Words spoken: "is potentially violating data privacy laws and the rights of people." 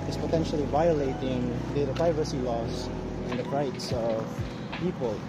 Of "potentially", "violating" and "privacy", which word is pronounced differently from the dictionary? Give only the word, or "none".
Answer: none